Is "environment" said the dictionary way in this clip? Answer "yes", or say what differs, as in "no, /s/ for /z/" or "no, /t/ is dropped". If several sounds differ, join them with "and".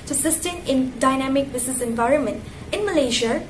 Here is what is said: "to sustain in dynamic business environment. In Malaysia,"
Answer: yes